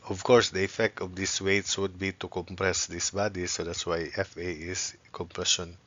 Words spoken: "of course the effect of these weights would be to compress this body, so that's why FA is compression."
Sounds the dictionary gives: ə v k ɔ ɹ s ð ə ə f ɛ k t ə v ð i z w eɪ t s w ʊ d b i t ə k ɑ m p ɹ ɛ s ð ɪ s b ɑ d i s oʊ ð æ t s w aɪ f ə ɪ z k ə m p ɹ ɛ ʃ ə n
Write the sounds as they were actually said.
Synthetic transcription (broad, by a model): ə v k ɔ ɹ s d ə ə f ɛ k t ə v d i s w eɪ t s w ʊ d b i t ə k ɑ m p ɹ ɛ s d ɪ s b ɑ d i s oʊ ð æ t s w aɪ f ə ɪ s k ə m p ɹ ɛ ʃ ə n